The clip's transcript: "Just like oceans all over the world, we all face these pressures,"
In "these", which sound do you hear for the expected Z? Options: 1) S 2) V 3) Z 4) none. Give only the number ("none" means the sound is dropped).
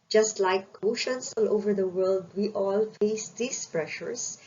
1